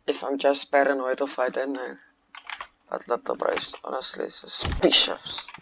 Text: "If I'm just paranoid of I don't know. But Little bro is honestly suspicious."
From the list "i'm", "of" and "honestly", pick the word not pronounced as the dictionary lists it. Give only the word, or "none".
of